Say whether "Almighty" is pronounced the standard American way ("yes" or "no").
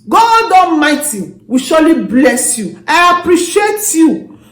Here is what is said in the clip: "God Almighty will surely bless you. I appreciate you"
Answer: no